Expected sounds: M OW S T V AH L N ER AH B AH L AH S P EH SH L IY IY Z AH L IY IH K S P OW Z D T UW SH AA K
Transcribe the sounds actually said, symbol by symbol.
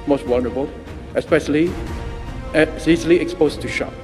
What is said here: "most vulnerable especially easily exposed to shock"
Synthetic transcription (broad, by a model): M OW S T W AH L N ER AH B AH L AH S P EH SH L IY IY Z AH L IY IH K S P OW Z T UW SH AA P